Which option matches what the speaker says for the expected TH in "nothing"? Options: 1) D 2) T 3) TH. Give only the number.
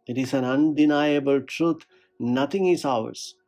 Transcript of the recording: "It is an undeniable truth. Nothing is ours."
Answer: 2